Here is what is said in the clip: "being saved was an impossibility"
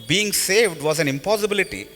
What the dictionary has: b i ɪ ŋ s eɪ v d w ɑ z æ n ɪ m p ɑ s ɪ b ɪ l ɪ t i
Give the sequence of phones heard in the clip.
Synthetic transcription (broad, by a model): b i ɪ ŋ s eɪ v d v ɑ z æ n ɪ m p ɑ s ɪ b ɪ l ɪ t i